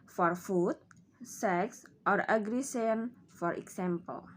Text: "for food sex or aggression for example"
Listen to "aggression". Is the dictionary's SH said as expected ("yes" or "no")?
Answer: no